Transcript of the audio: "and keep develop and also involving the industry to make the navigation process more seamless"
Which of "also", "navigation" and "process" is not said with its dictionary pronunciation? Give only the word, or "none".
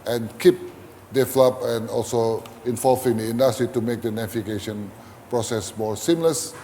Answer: navigation